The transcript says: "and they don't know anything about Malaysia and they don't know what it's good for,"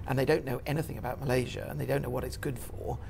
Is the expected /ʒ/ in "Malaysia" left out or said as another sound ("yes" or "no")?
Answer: no